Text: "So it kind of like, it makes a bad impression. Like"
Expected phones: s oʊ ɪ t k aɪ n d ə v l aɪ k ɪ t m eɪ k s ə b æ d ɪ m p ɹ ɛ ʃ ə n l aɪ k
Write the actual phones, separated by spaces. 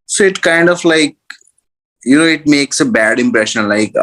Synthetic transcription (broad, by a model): s oʊ ɪ t k aɪ n d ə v l aɪ k ɪ t m eɪ k s ə b æ d ɪ m p ɹ ɛ ʃ ə n l aɪ k